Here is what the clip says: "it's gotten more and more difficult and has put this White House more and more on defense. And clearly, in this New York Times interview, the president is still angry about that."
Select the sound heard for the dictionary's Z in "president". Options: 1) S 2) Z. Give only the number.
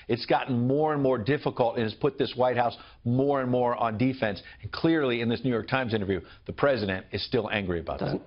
2